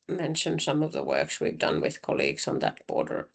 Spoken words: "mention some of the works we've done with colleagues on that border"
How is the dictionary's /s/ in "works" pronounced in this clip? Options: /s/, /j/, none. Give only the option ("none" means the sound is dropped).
/s/